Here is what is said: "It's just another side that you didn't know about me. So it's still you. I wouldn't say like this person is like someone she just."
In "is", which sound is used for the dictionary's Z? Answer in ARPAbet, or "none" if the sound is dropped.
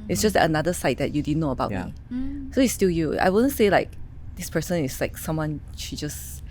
S